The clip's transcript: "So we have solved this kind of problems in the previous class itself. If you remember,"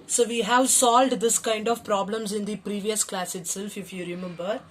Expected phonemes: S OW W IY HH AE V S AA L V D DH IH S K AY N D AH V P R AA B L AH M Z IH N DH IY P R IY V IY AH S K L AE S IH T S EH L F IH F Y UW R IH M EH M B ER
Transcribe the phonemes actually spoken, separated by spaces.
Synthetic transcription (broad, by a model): S OW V IY HH AE V S AA L V D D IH S K AY N D AH V P R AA B L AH M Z IH N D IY P R IY V IY AH S K L AE S IH T S EH L F IH F Y UW R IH M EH M B ER